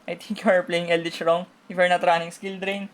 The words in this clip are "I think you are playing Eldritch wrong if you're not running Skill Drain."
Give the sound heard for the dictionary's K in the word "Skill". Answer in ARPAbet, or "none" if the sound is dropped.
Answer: K